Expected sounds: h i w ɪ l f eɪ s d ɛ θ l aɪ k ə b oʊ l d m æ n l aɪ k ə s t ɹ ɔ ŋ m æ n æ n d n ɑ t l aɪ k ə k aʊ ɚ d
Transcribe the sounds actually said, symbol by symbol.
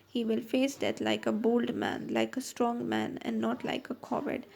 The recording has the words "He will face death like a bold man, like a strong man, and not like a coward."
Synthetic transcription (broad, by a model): h i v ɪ l f eɪ s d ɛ t l aɪ k ə b oʊ l d m æ n l aɪ k ə s t ɹ ɔ ŋ m æ n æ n d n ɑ t l aɪ k ə k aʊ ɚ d